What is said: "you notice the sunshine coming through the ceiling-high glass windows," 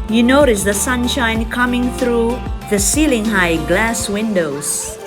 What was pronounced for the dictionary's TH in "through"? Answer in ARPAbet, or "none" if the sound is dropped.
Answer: TH